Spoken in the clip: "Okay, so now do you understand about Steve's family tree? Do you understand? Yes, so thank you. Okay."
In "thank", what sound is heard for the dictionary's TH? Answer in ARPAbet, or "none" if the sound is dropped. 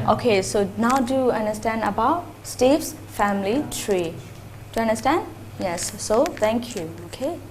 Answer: T